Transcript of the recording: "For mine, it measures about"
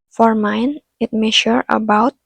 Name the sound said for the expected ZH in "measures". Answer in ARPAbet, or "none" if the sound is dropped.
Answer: SH